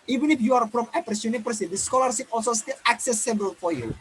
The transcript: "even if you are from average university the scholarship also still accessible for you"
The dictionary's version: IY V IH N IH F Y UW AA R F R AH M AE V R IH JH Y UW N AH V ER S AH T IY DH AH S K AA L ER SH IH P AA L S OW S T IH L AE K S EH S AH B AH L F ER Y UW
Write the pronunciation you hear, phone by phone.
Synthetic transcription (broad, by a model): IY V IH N IH F Y UW AA R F R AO M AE P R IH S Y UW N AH P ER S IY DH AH S K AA L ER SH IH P AA L S OW S T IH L AE K S EH S AH B AH L F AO Y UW